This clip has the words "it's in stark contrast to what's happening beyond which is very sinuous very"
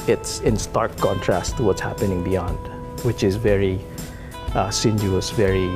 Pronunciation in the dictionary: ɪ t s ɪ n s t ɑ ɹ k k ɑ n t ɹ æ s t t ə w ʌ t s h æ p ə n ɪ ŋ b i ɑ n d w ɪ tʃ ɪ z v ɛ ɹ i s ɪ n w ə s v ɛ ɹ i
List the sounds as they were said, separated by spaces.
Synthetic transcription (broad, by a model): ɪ t s ɪ n s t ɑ ɹ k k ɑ n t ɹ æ s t t ə w ʌ t s h æ p ə n ɪ ŋ b i ɑ n d w ɪ tʃ ɪ z v ɛ ɹ i s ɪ n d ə s v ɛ ɹ i